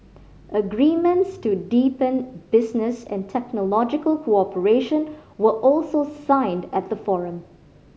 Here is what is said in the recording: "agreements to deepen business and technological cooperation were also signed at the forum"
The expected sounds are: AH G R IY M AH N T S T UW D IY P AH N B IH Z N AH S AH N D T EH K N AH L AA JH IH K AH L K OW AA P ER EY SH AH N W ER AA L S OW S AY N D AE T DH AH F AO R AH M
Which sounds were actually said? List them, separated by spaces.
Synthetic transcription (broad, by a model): AH G R IY M AH N T S T UW D IY P AH N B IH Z N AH S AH N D T EH K N AH L AA JH IH K AH L K OW AA P ER EY SH AH N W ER AA L S OW S AY N D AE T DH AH F AO R AH M